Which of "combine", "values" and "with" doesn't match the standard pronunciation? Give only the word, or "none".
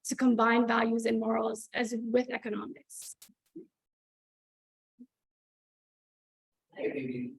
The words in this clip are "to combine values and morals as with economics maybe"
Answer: none